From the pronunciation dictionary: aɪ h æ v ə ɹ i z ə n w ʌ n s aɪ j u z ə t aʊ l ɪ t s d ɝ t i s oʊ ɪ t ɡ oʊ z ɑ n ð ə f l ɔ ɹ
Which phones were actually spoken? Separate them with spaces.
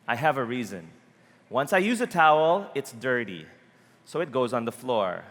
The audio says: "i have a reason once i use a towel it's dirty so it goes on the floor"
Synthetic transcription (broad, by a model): aɪ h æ v ə ɹ i z ə n w ʌ n s aɪ j u z ə t aʊ l ɪ t s d ɝ t i s oʊ ɪ t ɡ oʊ z n ð ə f l ɔ ɹ